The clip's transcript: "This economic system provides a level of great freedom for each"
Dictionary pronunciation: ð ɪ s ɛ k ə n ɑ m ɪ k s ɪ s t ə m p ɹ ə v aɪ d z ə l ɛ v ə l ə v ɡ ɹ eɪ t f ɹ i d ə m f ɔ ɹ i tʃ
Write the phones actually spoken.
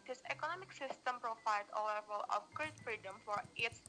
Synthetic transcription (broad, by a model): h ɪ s ɛ k ə n ɑ m ɪ k s ɪ s t ə m p ɹ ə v aɪ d ə l ɛ v ə l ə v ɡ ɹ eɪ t f ɹ i d ə m f ɔ ɹ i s